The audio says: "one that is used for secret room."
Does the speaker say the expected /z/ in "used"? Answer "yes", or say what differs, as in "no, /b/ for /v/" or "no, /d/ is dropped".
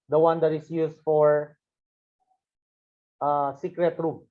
no, /s/ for /z/